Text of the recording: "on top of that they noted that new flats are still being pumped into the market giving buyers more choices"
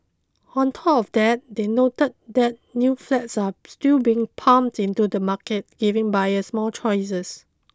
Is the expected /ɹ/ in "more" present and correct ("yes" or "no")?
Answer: no